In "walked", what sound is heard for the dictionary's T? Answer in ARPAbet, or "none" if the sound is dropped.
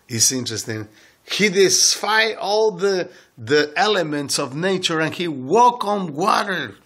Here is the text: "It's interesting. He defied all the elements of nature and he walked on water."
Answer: none